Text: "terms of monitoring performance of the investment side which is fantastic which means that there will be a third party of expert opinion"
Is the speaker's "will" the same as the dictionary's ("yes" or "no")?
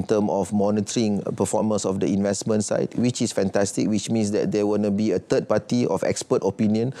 no